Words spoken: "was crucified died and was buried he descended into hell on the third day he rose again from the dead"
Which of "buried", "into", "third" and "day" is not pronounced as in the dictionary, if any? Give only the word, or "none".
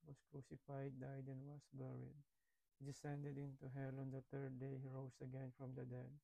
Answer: third